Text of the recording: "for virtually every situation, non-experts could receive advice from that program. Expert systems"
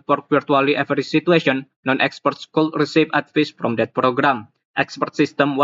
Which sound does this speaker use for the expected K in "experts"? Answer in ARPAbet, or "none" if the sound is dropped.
K